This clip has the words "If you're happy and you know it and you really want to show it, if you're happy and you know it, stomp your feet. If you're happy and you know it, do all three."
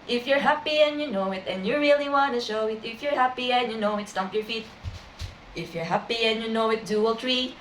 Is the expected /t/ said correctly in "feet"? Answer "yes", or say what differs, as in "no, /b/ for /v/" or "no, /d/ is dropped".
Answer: yes